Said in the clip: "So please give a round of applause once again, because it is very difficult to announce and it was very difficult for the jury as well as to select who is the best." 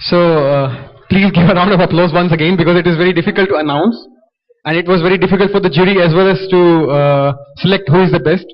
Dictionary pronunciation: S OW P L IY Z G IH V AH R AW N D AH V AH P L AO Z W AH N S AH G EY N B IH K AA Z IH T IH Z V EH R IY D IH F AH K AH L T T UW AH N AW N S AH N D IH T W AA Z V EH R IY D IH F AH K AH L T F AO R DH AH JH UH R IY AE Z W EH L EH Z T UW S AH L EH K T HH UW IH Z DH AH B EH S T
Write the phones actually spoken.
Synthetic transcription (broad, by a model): S OW P L IY Z G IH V AH R AW N D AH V AH P L AO Z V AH N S AH G EY N B IH K AA Z IH T IH Z V EH R IY D IH F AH K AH L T T UW AH N AW N S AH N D IH T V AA Z V EH R IY D IH F AH K AH L T F AO R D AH JH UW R IY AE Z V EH L EH Z T UW S AH L EH K T HH UW IH Z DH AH B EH S T